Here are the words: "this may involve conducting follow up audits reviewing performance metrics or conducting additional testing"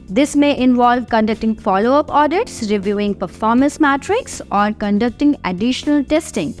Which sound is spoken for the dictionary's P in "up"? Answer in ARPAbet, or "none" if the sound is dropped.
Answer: P